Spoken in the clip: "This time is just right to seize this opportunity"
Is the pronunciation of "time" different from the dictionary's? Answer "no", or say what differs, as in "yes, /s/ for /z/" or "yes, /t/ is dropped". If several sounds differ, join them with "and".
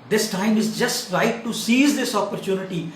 no